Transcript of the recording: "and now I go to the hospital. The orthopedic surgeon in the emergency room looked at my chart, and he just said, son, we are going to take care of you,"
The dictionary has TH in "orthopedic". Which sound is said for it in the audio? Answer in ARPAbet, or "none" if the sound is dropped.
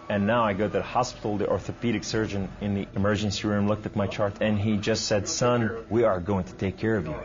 TH